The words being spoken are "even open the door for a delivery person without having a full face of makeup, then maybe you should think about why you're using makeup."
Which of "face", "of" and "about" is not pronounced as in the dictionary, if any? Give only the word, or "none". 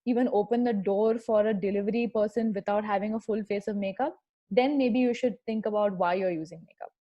none